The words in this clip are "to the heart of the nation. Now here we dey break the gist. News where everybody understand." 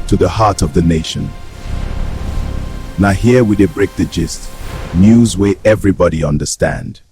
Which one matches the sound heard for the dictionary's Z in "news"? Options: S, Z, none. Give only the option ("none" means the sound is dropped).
Z